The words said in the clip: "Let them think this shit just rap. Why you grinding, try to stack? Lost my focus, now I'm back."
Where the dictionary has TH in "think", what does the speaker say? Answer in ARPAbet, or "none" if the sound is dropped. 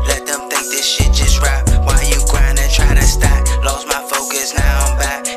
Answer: TH